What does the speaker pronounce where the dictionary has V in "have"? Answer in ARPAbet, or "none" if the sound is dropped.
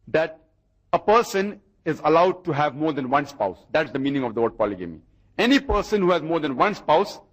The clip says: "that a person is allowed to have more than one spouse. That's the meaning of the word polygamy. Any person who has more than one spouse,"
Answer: V